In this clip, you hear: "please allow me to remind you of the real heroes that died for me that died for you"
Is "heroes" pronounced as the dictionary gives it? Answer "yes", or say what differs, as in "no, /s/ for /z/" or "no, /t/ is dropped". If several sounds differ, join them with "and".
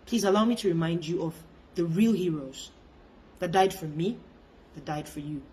yes